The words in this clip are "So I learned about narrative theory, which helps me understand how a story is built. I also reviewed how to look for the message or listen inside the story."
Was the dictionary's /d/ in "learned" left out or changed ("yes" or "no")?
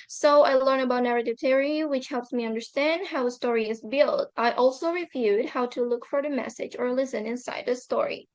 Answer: yes